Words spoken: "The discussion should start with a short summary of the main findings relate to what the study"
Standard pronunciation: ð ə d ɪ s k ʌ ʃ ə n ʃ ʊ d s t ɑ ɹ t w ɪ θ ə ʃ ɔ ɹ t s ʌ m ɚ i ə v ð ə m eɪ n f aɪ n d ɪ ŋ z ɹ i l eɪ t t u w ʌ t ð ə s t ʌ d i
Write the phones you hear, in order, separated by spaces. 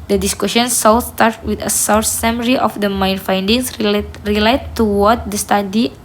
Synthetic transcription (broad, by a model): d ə d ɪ s k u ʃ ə n s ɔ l s t ɑ ɹ t w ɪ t ə s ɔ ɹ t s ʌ m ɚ i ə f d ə m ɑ n f aɪ n d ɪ ŋ s ɹ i l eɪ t t u w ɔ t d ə s t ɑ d i